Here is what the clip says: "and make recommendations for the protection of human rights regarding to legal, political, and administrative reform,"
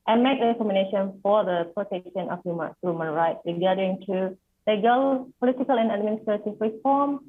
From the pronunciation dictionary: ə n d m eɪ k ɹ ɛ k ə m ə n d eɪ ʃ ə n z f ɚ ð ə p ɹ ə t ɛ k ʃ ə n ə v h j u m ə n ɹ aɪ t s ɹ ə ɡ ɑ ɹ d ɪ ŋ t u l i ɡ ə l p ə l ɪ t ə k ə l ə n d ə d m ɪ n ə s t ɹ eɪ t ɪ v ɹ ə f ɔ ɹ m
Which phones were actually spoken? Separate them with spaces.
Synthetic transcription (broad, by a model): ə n m eɪ k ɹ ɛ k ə m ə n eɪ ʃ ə n f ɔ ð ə p ɹ ə t ɛ k ʃ ə n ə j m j u m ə n ɹ aɪ t s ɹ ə ɡ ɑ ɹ d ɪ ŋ t u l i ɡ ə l p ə l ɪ t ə k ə l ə n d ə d m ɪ n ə s t ɹ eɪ t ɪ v ɹ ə f ɔ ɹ m